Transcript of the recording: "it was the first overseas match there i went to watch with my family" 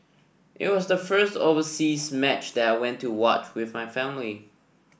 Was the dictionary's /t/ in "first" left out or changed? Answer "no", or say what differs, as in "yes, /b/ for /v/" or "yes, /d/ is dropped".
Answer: no